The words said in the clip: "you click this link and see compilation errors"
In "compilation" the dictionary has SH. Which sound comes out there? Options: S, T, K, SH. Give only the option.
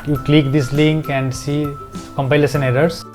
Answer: S